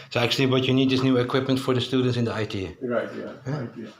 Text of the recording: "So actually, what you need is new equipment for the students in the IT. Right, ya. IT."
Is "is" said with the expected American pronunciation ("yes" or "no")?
no